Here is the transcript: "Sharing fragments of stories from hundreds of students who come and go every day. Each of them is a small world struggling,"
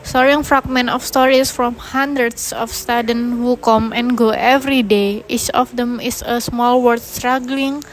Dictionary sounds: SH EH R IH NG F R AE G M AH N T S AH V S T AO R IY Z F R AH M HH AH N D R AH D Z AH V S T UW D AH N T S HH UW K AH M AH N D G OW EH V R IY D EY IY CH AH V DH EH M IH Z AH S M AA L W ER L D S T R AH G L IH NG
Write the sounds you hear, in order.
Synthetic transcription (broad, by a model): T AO R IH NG F R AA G M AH N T AH F S T AO R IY S F R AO M HH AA N D R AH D S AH F S T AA D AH N HH UW K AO M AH N G OW EH V R IY D EY IY CH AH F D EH M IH S AH S M AA L W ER D S T R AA G L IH NG